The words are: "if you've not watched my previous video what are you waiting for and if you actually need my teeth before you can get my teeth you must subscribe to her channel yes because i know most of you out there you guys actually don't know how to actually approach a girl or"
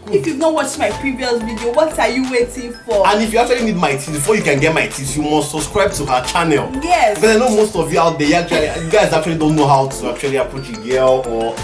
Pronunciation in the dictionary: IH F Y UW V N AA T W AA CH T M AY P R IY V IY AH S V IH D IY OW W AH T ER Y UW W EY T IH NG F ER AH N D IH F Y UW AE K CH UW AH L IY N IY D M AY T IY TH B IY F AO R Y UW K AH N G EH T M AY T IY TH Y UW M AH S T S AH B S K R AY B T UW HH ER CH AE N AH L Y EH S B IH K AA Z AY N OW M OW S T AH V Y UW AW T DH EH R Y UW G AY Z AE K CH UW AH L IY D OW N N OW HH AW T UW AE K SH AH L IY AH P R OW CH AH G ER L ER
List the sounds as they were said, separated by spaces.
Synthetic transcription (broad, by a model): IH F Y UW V N AA T W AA CH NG M AY P R IY V IY AH S V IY D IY OW W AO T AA Y UW W EY T IH NG F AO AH N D IH F Y UW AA K CH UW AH L IY N IY D M AY T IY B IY F AO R Y UW K AH N G EH T M AY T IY S Y UW M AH S T S AH B S K R AY B T UW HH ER CH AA N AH L Y EH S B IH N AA IH N OW M OW S T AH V Y UW AW T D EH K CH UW G AY Z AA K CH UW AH L IY D OW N N OW HH AW T UW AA K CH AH L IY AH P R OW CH AH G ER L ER